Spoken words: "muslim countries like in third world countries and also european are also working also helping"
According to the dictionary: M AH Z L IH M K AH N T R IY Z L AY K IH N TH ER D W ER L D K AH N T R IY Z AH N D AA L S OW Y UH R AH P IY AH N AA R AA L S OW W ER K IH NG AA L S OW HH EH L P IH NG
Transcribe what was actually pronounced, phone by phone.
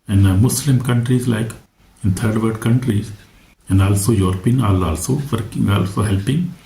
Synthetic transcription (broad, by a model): M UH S L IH M K AH N T R IY Z L AY K IH N T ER D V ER D K AH N T R IY Z AH N D AA L S OW Y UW R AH P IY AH N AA L AA L S OW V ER K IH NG AA L S OW HH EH L P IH NG